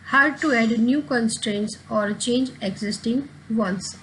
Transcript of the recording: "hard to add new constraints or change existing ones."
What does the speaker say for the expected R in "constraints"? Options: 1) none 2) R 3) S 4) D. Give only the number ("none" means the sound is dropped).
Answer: 2